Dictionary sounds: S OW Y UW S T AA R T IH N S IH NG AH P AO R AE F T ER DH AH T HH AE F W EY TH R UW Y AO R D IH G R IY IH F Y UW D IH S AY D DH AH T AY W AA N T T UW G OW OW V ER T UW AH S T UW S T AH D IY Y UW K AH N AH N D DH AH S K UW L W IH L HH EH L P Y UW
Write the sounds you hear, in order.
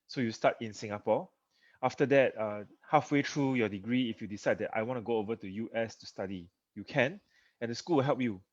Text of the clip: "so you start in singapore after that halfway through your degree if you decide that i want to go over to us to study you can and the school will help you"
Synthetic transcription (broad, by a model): S OW Y UW S T AA T IH N S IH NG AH P AO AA F T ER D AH T HH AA F W EY T R UW Y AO D IH G R IY IH F Y UW D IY S AY D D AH T AY W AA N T T UW G OW OW V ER T UW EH S T UW S T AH D IY Y UW K AH N AH N D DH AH S K UW L W IH L HH EH L P Y UW